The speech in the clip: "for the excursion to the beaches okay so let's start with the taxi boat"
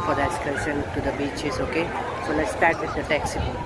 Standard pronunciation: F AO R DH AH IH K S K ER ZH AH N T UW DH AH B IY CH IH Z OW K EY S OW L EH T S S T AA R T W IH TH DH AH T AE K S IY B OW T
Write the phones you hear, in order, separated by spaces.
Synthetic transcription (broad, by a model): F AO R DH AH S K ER S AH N T UW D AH B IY CH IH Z OW K EY S OW L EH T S S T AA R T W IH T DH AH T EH K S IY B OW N